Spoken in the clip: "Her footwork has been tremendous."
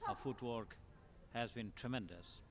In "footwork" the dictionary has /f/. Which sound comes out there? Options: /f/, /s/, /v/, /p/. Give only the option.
/f/